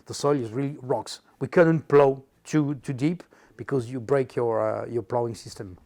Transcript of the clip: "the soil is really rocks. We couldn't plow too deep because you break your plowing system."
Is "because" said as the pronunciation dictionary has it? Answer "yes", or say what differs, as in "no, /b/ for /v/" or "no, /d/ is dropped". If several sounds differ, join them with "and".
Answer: yes